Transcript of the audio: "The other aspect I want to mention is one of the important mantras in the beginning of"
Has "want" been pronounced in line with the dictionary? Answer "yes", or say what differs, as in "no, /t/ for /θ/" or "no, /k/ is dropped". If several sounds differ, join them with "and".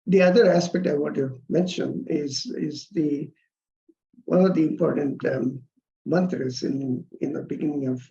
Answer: no, /n/ is dropped